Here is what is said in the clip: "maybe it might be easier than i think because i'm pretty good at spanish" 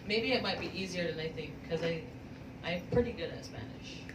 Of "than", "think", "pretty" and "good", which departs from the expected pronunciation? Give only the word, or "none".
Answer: none